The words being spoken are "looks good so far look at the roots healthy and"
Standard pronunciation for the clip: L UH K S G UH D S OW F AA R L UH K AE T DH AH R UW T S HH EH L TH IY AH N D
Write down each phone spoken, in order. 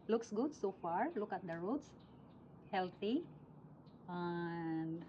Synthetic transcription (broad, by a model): L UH K S G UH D S OW F AA R L UH K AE T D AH R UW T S HH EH L T IY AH N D